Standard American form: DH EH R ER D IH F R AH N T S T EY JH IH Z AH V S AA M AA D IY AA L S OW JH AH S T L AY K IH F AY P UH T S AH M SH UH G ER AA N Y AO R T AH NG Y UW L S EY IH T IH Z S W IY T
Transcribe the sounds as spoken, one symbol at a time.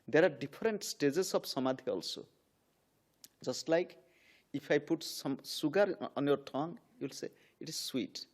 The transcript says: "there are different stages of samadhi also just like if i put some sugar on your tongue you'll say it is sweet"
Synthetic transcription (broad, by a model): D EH R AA D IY P R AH N T S T EY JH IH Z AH B S AA M AA D IY AA L S OW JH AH S T L AY K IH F AY P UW T S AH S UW G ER AA N Y AO R T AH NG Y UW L S EY IH T IH Z S W IY T